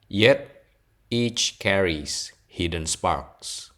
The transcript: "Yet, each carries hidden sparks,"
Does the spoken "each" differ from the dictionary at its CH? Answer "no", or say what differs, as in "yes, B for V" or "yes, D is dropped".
no